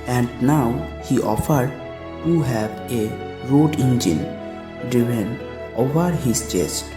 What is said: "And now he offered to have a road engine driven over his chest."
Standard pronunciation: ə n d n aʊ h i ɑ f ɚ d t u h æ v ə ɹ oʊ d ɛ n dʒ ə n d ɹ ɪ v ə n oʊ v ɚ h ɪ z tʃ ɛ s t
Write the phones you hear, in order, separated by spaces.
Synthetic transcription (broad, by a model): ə n d n aʊ h i ɑ f ɚ d t u h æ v ə ɹ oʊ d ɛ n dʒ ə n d ɪ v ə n oʊ v ɚ h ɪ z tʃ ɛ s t